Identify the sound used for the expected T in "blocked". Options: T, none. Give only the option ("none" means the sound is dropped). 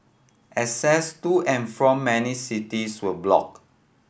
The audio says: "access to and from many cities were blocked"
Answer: none